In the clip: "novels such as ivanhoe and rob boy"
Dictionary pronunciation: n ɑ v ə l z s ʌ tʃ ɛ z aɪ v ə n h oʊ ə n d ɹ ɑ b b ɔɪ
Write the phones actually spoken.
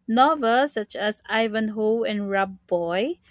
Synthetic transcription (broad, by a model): n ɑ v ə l s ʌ tʃ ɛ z aɪ v ə n h oʊ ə n ɹ ɑ b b ɔɪ